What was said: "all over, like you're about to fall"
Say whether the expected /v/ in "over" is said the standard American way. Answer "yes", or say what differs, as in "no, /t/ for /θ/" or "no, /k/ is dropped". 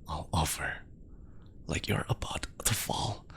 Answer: no, /f/ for /v/